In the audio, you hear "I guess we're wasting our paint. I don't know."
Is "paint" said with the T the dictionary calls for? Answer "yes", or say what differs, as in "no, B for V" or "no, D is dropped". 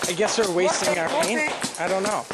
no, T is dropped